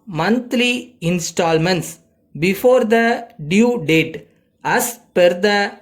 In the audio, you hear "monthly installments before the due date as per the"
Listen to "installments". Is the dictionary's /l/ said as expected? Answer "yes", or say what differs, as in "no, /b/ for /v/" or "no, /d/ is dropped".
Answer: yes